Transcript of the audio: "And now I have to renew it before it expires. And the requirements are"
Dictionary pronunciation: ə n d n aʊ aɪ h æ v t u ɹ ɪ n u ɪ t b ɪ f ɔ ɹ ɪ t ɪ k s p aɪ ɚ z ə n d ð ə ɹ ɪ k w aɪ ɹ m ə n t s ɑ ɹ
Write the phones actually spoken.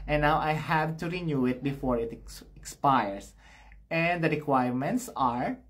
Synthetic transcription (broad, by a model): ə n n aʊ aɪ h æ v t u ɹ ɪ n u ɪ t b ɪ f ɔ ɹ ɪ t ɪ k s p aɪ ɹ s ə n d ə ɹ ɪ k w aɪ ɹ m ə n t s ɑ ɹ